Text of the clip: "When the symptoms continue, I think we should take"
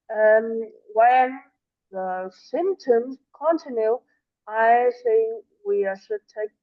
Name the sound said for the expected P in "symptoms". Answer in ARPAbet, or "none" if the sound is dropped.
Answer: P